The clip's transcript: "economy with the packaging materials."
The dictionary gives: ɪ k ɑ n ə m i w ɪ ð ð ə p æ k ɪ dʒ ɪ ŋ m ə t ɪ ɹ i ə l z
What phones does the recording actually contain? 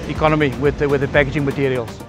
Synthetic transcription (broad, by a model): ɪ k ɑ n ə m i w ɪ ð ð ə b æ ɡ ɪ dʒ ɪ ŋ m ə t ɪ ɹ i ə l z